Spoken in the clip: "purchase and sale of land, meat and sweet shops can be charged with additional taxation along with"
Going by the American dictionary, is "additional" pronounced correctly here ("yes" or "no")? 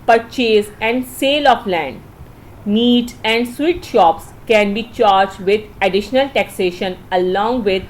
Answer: yes